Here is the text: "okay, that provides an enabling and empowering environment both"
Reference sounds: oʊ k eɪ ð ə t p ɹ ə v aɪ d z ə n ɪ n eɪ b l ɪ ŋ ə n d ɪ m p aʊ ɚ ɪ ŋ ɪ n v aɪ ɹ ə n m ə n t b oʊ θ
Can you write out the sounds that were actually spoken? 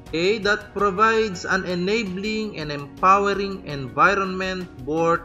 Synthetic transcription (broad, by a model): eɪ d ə t p ɹ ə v aɪ d s ə n ɪ n eɪ b l ɪ ŋ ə n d ɪ m p aʊ ɚ ɪ ŋ ɪ n v aɪ ɹ ə n m ə n t b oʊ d